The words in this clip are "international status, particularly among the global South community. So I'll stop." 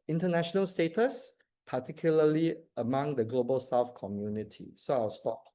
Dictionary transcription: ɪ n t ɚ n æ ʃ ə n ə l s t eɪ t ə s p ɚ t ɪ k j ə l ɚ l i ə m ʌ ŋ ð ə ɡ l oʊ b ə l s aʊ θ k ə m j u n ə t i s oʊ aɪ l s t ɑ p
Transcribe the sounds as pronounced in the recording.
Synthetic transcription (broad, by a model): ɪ n t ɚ n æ ʃ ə n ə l s t eɪ t ə s p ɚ t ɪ k j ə l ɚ l i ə m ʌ ŋ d ə ɡ l oʊ b ə l s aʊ f k ə m j u n ə t i s oʊ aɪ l s t ɑ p